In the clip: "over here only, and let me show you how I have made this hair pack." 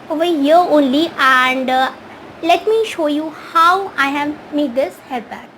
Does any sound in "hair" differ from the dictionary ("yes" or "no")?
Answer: yes